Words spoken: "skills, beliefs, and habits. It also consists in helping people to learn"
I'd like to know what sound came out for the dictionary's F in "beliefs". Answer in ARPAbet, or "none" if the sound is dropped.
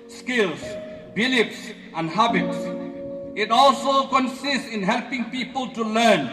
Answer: P